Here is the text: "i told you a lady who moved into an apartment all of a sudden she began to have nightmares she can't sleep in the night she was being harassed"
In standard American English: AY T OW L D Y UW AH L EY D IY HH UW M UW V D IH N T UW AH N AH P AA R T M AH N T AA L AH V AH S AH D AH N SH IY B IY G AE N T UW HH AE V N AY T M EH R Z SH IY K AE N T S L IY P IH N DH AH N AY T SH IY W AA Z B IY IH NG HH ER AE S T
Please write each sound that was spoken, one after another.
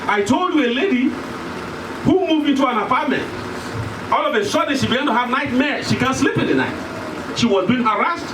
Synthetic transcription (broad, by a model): AY T OW L D Y UW AH L EY D IY HH UW M UW V D IH N T UW AH N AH P AA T M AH N T AA L AH V AH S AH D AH SH IY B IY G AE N T UW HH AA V N AY T M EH SH IY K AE N S L IY P IH N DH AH N AY T SH IY W AA Z B IY IH NG HH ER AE S T